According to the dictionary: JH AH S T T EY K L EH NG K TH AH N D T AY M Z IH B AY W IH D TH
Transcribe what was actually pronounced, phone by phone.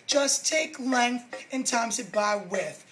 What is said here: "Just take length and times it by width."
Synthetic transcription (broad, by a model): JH AH S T T EY K L EH NG K TH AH N T AY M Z IH B AY W IH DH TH